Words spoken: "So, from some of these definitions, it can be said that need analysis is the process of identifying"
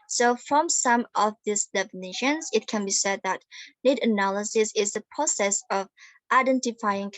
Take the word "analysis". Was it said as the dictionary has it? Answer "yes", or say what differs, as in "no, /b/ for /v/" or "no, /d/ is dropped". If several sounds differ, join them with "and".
yes